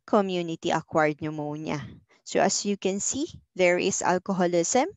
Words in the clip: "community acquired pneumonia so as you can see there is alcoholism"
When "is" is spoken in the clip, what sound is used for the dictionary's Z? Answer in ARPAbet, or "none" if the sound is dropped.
S